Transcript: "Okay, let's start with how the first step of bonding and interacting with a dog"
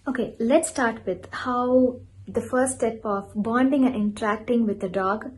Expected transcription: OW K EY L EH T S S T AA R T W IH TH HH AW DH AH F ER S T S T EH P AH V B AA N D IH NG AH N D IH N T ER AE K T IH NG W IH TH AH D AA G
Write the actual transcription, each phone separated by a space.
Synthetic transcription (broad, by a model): OW K EY L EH T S S T AA R T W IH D HH AW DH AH F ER T S T EH P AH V B AA N D IH NG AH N IH N T ER AE K T IH NG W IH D AH D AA G